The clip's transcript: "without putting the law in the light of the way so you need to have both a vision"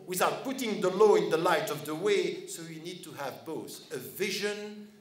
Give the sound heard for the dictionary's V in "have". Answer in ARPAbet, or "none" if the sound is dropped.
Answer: V